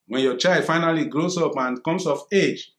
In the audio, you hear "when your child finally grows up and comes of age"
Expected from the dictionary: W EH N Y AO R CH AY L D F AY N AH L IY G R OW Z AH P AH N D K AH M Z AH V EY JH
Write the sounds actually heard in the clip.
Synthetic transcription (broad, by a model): W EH N Y AO CH AY L D F AY N AH L IY G R OW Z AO P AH N K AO M S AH F EY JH